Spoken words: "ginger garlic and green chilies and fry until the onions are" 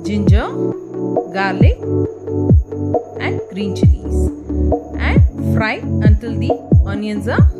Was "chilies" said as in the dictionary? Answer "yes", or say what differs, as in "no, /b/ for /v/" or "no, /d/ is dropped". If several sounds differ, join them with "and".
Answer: no, /n/ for /l/